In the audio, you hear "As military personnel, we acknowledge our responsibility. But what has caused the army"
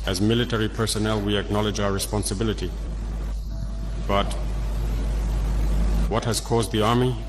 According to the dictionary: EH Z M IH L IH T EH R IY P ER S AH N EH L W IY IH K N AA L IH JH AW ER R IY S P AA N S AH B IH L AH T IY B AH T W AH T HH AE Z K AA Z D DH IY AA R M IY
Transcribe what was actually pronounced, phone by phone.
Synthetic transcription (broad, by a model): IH Z M IH L IH T EH R IY P ER S AH N EH L W IY IH K N AA L IH JH AW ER R IY S P AA N S AH B IH L AH T IY B AH T W AH T HH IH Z K AA Z D DH IY AA R M IY